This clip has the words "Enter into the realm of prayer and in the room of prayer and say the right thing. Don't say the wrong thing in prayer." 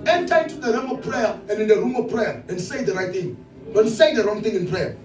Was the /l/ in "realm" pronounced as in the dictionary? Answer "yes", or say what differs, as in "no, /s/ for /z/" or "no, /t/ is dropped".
no, /l/ is dropped